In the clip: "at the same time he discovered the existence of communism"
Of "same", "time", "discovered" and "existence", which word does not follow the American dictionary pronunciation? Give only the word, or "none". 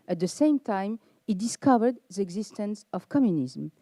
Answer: none